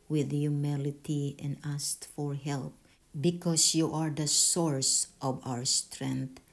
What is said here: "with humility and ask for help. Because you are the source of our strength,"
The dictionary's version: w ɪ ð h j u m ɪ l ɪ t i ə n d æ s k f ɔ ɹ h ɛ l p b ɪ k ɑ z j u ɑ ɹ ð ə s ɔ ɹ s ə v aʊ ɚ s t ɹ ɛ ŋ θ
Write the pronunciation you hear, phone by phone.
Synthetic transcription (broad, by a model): w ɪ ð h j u m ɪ l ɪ t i ə n d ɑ s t f ɔ ɹ h ɛ l p b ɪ k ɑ s j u ɑ ɹ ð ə s ɔ ɹ s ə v aʊ ɚ s t ɹ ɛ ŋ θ